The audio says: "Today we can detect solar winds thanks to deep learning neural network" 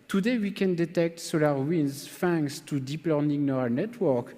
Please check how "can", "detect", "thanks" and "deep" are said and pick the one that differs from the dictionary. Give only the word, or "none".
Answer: thanks